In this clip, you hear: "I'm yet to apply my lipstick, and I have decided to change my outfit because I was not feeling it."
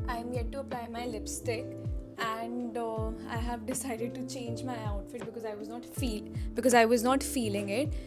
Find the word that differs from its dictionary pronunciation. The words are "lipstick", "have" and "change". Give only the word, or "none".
none